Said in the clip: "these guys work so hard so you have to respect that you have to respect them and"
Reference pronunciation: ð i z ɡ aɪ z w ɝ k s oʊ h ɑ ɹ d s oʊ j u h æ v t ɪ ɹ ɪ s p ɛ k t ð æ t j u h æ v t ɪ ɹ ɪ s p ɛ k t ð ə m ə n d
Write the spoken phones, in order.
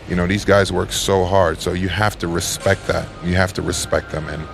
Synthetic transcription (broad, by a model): ð i z ɡ aɪ z w ɝ k s oʊ h ɑ ɹ d s oʊ j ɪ h æ f t ɪ ɹ ɪ s p ɛ k t ð æ t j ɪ h æ f t ɪ ɹ ɪ s p ɛ k t ð ə m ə n